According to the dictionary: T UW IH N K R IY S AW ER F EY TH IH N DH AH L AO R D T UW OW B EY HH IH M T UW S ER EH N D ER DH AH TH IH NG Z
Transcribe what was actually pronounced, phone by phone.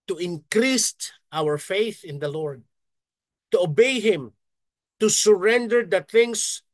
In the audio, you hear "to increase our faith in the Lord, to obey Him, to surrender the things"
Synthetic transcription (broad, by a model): T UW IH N K R IY S AW ER F EY TH IH N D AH L AO R D T UW OW B EY HH IH M T UW S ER EH N D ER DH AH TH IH NG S